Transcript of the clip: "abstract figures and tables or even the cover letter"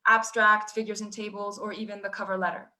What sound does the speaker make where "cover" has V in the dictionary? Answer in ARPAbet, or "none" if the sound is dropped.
V